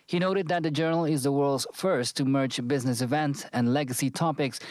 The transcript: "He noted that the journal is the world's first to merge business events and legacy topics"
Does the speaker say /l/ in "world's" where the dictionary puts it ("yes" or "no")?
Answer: yes